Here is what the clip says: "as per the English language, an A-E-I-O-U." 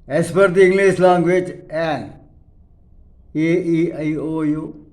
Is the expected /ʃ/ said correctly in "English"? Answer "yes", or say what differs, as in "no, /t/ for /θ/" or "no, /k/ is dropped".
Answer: no, /s/ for /ʃ/